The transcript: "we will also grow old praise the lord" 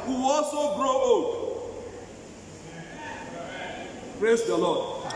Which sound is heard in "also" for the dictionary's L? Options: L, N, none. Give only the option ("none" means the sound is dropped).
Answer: none